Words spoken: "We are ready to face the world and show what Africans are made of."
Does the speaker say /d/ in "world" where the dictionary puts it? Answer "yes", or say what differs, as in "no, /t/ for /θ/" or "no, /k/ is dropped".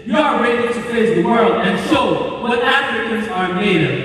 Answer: yes